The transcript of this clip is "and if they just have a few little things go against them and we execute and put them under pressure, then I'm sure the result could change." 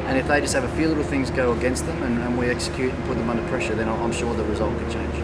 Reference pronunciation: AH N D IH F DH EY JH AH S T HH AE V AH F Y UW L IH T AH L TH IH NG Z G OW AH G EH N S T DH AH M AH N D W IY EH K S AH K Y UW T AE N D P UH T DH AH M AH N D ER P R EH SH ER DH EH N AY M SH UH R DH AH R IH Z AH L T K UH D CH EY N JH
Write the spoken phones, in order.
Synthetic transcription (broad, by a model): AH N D IH F DH EY JH AH S T HH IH V AH F Y UW L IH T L TH IH NG Z G OW AH G EH N S T DH AH M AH N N W IY EH K S AH K Y UW T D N P UH T DH AH M AH N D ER P R EH SH ER DH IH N AY M SH UH R DH AH R IH Z AH L T K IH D CH EY N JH